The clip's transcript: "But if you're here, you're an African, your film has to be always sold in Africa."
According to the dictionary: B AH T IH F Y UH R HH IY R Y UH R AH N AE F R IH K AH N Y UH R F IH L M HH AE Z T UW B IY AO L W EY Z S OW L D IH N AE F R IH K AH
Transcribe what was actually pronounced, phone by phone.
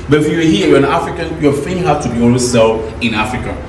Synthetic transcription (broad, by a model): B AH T IH F Y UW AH HH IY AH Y AH N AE F R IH K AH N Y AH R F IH M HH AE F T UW B IY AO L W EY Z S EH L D IH N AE F R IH K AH